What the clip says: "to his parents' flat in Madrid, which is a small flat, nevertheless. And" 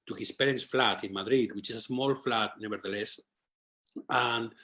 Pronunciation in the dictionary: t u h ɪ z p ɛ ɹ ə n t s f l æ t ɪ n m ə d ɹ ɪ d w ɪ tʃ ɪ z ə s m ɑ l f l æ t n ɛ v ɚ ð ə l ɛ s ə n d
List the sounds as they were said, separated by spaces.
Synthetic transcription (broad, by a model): t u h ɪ s p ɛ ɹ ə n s f l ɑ t ɪ n m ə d ɹ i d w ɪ tʃ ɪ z ə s m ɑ l f l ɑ t n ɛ b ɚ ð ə l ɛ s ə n